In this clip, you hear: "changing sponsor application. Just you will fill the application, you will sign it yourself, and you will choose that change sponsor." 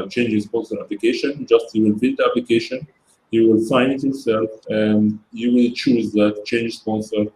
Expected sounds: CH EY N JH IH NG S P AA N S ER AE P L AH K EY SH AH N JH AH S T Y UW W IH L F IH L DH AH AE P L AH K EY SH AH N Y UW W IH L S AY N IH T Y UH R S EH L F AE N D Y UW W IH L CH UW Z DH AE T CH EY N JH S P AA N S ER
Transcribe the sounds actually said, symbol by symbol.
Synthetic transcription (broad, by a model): CH EY N JH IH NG S P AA N S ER AE P L AH K EY SH AH N JH AH S T Y UW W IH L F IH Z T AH AE P L AH K EY SH AH N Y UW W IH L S AY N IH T Y UH R S EH L F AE N D Y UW W IH L CH UW Z DH AE T CH EY N JH S P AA N S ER